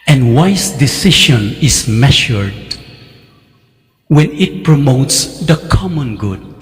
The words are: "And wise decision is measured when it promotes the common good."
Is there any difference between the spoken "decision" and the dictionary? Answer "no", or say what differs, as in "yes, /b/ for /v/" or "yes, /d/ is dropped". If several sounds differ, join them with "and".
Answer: yes, /ʃ/ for /ʒ/